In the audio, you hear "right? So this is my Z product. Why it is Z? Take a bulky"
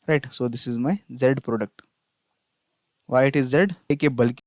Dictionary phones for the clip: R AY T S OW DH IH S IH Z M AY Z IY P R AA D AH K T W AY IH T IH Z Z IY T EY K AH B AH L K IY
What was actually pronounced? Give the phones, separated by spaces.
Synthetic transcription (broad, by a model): R AY T S OW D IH S IH Z M AY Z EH P R AA D AH K T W AY IH T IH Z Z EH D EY K AH B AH L K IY